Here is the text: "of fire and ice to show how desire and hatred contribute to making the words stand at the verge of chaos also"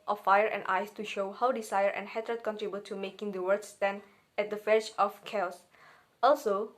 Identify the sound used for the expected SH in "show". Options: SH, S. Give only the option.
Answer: SH